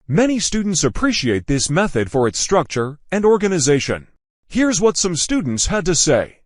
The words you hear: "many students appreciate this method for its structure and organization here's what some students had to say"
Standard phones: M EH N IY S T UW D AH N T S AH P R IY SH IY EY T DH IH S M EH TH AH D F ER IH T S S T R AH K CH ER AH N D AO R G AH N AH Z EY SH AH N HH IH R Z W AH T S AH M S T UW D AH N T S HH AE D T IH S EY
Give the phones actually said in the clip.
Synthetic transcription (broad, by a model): M EH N IY S T UW D N T S AH P R IY SH IY EY T DH IH S M EH TH AH D F ER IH T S S T R AH K CH ER AH N D AO R G AH N AH Z EY SH AH N HH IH R Z W AH T S AH M S T UW D N T S HH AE D T IH S EY